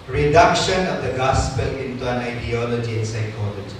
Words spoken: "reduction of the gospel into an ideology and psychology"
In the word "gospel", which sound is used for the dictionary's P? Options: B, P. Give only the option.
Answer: P